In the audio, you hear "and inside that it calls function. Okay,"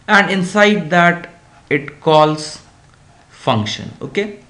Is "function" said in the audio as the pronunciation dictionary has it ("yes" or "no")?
yes